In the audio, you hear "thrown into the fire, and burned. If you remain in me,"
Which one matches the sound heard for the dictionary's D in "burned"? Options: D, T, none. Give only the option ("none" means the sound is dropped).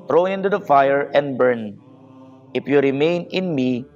none